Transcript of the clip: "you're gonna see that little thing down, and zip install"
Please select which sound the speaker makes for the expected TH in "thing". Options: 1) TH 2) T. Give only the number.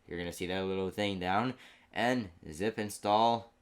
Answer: 1